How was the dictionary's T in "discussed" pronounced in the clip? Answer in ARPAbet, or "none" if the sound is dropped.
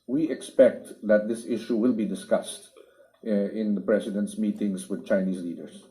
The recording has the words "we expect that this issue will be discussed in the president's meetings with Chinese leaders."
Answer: T